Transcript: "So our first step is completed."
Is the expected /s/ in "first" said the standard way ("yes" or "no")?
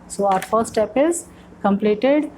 no